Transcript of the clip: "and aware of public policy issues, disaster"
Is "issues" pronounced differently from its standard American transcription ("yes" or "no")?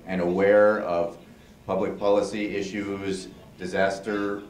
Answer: no